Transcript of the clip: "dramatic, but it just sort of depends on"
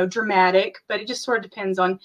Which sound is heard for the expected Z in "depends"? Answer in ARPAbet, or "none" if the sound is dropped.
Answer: Z